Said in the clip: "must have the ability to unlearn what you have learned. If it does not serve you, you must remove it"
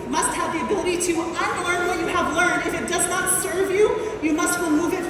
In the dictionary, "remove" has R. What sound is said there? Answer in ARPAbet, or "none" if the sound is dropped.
W